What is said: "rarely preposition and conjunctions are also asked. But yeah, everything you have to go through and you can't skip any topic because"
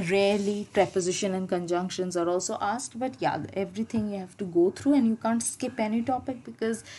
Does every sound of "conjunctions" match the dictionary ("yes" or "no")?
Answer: yes